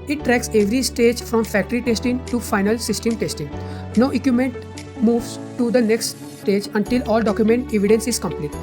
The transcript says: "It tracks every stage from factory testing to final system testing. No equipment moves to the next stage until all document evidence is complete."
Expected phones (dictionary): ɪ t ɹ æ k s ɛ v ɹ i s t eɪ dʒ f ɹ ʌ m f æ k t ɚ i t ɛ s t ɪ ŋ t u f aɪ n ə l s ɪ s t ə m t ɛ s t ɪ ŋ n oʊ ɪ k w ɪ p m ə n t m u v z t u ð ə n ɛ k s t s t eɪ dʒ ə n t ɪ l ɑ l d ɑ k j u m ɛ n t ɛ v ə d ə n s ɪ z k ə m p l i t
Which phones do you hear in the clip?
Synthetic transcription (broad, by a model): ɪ t ɹ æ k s ɛ v ɹ i s t eɪ dʒ f ɹ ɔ m f æ k t ɚ i t ɛ s t ɪ ŋ t u f aɪ n ə l s ɪ s t ə m t ɛ s t ɪ ŋ n oʊ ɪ k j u m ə n t m u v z t u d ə n ɛ k s t s t eɪ dʒ ə n t ɪ l ɑ l d ɑ k j u m ɛ n t ɛ v ə d ə n s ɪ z k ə m p l i t